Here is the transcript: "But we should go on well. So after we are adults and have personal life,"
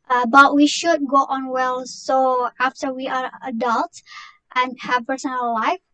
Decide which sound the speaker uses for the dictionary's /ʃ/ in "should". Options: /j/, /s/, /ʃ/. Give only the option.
/ʃ/